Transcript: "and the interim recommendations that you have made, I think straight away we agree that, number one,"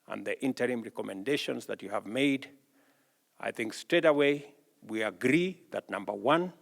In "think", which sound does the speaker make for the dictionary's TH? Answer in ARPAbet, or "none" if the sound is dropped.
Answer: TH